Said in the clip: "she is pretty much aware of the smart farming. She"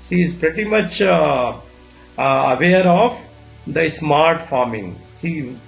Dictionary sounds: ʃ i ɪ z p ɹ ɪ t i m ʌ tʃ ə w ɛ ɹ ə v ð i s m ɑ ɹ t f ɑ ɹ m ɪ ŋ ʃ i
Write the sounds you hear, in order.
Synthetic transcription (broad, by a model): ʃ i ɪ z p ɹ ɪ t i m ʌ tʃ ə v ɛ ɹ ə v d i s m ɑ ɹ t f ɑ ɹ m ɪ ŋ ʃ i